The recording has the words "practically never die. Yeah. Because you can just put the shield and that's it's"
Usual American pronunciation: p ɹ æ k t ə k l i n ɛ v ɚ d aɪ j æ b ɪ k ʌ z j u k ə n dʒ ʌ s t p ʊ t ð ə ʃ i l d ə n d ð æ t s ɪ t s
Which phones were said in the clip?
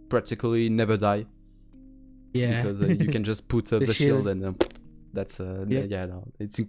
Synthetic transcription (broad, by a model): p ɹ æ k t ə k l i n ɛ v ɚ d aɪ j æ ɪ k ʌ z j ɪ k ə n dʒ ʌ s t p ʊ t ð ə ʃ i l d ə n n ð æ t s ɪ t s